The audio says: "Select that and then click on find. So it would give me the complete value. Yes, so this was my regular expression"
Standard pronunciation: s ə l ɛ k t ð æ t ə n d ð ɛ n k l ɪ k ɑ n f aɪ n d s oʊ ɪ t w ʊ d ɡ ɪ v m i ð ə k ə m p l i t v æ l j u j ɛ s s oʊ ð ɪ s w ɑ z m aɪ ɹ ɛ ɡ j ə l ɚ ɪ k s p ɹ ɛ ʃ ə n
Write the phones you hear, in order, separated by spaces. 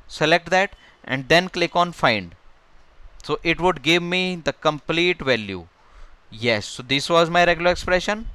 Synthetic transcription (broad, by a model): s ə l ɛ k t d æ t ə n d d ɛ n k l ɪ k ɑ n f aɪ n d s oʊ ɪ t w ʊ d ɡ ɪ v m i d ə k ə m p l i t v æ l j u j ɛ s s oʊ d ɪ s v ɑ z m aɪ ɹ ɛ ɡ j ə l ɚ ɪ k s p ɹ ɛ ʃ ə n